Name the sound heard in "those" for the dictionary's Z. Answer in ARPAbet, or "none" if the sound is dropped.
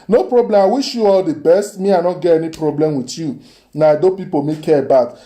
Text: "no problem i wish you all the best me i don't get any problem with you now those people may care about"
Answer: none